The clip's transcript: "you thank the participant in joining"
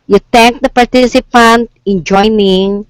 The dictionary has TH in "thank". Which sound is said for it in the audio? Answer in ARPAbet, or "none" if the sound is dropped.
T